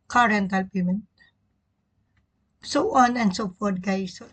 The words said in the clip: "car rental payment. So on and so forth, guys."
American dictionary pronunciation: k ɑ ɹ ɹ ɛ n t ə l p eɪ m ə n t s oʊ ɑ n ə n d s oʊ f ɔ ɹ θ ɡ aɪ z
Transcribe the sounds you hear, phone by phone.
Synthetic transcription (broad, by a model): k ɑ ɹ ɹ ɛ n t ə l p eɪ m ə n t s oʊ ɑ n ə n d s oʊ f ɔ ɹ t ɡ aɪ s